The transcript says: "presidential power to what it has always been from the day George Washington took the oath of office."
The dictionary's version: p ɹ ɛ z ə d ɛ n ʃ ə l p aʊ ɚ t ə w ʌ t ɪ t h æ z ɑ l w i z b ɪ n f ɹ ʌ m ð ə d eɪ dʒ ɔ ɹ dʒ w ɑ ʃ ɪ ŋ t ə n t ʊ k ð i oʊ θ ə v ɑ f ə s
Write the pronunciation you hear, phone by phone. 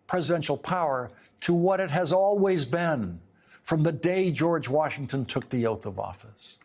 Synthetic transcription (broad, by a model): p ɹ ɛ z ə d ɛ n ʃ l p aʊ ɚ t ə w ʌ t ɪ t h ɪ z ɑ l w i z b ɪ n f ɹ ʌ m ð ə d eɪ dʒ ɔ ɹ dʒ w ɑ ʃ ɪ ŋ t ə n t ʊ k ð i oʊ θ ə v ɑ f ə s